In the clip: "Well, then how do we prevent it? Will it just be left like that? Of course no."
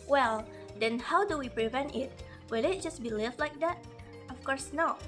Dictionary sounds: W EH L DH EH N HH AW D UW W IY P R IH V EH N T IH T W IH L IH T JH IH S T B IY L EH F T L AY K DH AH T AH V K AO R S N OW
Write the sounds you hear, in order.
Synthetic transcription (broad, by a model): W EH L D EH N HH AW D UW W IY P R IH V EH N T IH T W IH L IH T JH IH S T B IY L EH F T L AY K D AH T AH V K AO R S N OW